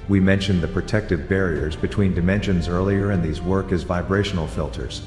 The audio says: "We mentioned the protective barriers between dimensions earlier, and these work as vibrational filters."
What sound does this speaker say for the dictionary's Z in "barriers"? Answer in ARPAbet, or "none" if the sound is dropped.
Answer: Z